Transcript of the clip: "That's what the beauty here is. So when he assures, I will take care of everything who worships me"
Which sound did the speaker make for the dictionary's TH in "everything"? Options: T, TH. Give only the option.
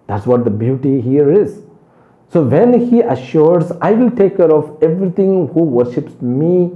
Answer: T